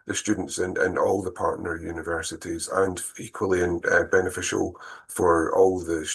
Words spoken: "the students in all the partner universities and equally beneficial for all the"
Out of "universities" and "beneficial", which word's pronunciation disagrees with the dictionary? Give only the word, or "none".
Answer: none